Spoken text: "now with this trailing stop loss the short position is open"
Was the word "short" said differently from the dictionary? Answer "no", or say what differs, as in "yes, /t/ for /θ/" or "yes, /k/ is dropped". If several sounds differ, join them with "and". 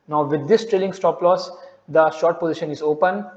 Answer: no